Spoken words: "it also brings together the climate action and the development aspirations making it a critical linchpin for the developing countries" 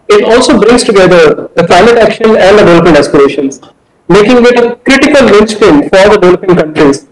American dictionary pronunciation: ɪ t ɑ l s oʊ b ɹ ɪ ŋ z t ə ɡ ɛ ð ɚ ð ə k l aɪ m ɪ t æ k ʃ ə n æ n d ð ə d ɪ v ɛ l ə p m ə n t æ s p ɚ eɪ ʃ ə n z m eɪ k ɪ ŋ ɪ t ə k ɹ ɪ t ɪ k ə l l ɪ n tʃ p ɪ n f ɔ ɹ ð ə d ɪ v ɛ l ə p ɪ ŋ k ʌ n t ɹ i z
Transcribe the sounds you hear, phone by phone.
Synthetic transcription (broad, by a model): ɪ t ɑ l s oʊ b ɹ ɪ ŋ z t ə ɡ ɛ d ɚ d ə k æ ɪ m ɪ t æ k ʃ ə n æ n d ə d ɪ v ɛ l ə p ə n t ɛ s p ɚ eɪ ʃ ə n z m eɪ k ɪ ŋ ɪ t ə k ɹ ɪ t ɪ k ə l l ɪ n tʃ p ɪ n f ɔ ɹ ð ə d ɪ v ɛ l ə p ɪ ŋ k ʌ n t ɹ i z